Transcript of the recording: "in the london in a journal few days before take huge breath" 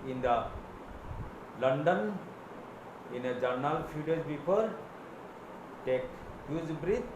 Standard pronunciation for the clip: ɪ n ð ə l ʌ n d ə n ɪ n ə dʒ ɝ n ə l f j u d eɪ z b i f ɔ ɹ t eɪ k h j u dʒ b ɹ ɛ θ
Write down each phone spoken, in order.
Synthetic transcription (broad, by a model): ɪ n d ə l ʌ n d ə n ɪ n ə dʒ ɝ n ə l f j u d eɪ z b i p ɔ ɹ t eɪ k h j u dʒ b ɹ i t